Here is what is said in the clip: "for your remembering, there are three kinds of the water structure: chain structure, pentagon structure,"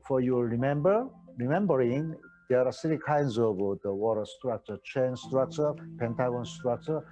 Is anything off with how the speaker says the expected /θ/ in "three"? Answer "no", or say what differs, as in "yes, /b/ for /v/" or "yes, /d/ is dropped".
yes, /s/ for /θ/